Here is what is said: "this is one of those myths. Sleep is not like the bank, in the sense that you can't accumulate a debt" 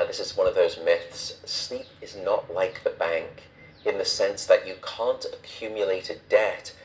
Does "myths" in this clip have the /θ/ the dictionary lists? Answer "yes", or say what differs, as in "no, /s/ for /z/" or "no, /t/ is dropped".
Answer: yes